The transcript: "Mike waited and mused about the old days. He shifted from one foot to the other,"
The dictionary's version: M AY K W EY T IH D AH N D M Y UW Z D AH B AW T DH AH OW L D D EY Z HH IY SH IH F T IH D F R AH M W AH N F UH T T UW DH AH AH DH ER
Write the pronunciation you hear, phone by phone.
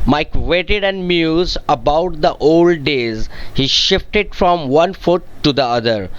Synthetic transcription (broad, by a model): M AY K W EY T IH D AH N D M Y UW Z AH B AW T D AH OW L D D EY Z HH IY SH IH F T IH D F R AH M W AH N F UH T T UW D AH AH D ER